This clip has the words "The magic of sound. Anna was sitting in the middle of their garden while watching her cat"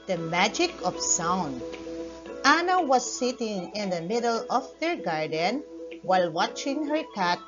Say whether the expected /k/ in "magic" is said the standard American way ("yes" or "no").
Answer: yes